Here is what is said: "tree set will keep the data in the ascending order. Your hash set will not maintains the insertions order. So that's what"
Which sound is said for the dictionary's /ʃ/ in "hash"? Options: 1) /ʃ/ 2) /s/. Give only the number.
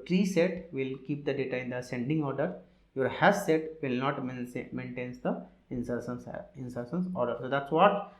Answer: 2